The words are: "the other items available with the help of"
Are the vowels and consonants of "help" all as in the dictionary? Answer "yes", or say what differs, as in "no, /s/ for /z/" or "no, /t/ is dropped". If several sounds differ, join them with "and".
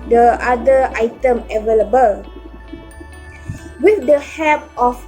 no, /l/ is dropped